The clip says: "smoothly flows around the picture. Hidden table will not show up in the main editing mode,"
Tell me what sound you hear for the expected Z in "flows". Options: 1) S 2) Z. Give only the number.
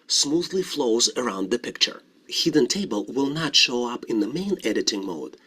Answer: 2